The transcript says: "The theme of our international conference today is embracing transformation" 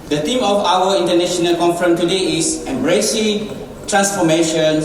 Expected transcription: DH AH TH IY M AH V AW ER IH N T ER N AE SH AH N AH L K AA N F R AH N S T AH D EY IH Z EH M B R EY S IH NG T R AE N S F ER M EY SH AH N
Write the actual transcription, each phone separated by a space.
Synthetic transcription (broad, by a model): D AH T IY M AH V AW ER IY N T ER N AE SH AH N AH L K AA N F R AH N T AH D EY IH S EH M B R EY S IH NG T R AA N S F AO M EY SH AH N